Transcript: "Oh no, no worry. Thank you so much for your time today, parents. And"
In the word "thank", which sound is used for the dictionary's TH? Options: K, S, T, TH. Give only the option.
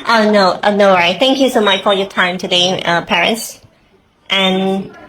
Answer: TH